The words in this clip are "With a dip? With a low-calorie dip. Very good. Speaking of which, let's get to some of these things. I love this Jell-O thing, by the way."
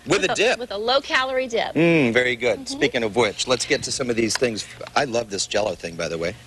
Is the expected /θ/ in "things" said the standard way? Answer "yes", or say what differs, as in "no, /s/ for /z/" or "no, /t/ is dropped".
yes